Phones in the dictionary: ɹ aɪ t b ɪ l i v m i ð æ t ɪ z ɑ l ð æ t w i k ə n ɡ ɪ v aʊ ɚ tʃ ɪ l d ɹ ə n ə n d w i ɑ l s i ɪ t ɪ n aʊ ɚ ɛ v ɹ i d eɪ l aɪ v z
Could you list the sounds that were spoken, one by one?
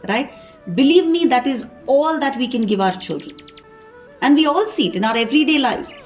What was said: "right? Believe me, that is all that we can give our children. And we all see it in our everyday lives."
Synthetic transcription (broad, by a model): ɹ aɪ t b ɪ l i v m i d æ t ɪ z ɑ l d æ t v i k ə n ɡ ɪ v aʊ ɚ tʃ ɪ l d ɹ ə n ə n d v i ɑ l s i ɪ t ɪ n aʊ ɚ ɛ v ɹ i d eɪ l aɪ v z